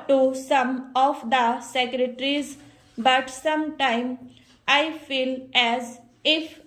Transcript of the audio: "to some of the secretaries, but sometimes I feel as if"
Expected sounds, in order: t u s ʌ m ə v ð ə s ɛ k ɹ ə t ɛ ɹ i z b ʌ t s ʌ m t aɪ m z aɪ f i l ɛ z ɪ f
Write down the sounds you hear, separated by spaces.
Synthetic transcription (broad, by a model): t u s ʌ m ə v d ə s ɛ k ɹ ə t ɹ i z b ʌ t s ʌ m t aɪ m aɪ f i l ɛ z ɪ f